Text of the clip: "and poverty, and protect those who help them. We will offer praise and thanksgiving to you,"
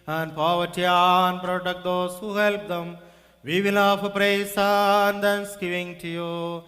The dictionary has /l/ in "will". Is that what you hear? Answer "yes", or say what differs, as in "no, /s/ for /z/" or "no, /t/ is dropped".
no, /n/ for /l/